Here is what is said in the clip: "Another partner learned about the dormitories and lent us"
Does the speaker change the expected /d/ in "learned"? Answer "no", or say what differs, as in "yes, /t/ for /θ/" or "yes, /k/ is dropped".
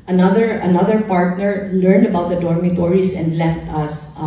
no